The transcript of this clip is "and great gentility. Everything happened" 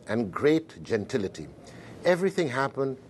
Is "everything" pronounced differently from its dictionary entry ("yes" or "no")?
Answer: no